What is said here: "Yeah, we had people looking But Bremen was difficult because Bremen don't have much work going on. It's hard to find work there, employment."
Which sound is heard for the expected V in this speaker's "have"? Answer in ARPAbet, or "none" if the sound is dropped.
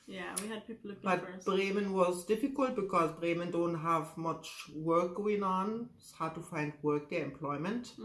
V